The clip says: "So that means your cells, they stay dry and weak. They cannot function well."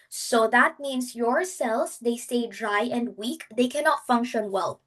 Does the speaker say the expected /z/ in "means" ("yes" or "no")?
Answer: no